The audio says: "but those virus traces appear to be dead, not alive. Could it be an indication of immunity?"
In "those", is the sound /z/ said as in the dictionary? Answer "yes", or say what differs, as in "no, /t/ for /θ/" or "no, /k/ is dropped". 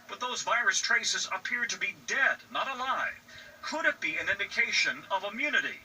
yes